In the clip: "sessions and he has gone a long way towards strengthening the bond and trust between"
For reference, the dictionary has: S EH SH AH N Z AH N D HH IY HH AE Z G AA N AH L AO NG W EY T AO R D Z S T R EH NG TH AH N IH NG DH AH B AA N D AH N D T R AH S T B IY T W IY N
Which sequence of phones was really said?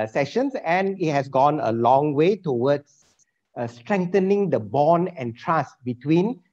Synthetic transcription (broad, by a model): S EH SH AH N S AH N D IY HH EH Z G AA N AH L AO NG W EY T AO W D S S T R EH NG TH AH N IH NG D AH B AA N AH N T R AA S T B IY T W IY N